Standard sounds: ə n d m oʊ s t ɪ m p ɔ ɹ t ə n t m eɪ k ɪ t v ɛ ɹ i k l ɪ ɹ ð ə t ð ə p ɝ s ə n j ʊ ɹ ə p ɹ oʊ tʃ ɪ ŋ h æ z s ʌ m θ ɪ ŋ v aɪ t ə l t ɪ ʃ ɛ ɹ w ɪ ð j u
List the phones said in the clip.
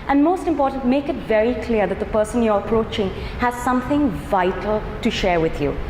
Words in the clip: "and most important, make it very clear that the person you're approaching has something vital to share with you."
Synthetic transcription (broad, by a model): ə n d m oʊ s t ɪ m p ɔ ɹ t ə n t m eɪ k ɪ t v ɛ ɹ i k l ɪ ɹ ð ə t ð ə p ɝ s ə n j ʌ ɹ ə p ɹ oʊ tʃ ɪ ŋ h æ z s ʌ m θ ɪ ŋ v aɪ t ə l t ɪ ʃ ɛ ɹ w ɪ ð j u